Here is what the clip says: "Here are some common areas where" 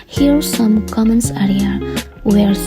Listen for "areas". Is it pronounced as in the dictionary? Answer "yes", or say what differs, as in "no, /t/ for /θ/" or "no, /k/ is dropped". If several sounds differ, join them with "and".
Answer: no, /z/ is dropped